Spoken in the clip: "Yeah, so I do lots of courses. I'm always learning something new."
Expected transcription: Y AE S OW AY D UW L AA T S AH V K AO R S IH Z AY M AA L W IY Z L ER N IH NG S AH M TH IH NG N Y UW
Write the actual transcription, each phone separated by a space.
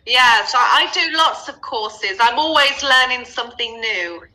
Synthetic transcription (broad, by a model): Y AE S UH AY D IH L AA T S AH V K AO S IH Z AY M AA L W IY Z L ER N IH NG S AH M TH IH NG N Y UW